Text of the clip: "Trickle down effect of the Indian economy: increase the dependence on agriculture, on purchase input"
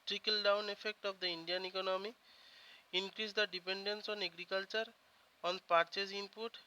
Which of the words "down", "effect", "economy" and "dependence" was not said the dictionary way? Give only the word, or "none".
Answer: none